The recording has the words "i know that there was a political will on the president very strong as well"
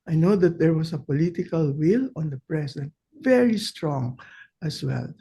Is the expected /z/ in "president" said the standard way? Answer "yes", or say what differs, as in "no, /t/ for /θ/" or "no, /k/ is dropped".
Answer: no, /s/ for /z/